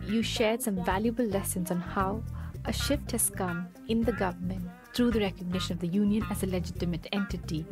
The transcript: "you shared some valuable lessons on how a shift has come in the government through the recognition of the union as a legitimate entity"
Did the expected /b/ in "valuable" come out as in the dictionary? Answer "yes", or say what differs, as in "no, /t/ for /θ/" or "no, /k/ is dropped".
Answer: yes